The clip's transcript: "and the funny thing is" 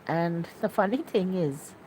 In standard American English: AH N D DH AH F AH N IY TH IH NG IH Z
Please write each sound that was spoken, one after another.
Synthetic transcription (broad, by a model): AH N DH AH F AH N IY TH IH NG IH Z